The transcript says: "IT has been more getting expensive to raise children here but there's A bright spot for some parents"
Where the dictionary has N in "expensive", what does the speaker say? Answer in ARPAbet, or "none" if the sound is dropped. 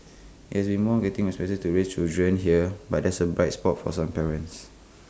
none